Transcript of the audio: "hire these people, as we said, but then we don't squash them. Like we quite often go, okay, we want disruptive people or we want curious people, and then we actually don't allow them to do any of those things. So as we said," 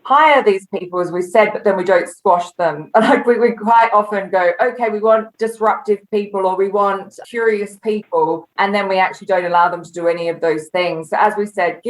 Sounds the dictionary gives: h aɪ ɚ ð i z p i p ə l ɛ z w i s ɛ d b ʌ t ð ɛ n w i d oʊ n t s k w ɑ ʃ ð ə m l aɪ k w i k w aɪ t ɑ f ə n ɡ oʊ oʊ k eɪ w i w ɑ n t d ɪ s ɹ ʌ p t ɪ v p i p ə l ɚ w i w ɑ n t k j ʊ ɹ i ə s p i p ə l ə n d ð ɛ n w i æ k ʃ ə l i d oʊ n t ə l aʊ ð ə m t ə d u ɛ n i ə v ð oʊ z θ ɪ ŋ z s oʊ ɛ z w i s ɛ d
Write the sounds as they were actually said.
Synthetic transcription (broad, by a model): h aɪ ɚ ð i z p i p ə l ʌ z w i s ɛ d b ʌ t ð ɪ n w i d oʊ n t s k w ɑ ʃ ð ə m n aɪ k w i k w aɪ t ɑ f ə n ɡ oʊ oʊ k eɪ w i w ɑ n d ɪ s ɹ ʌ p t ɪ v p i p ə l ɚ w i w ɑ n t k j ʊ ɹ i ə s p i p ə l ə n ð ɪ n w i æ k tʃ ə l i d oʊ n t ə l aʊ ð ə m t ə d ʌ ɛ n i ə v ð oʊ z θ ɪ ŋ z s oʊ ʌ z w i s ɛ d